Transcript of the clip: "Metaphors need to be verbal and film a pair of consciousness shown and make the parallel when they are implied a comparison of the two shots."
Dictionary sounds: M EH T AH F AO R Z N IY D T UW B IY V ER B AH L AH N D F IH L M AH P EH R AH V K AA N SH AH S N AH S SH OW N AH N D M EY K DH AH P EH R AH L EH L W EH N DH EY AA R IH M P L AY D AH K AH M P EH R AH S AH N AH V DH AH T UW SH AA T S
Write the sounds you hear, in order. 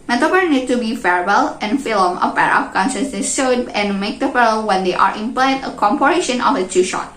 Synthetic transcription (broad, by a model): M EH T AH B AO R N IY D T UW B IY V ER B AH L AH N F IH L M AH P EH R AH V K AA N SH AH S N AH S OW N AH N M EY K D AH F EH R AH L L W EH N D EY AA R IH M P L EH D AH K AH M P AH R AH SH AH N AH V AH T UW SH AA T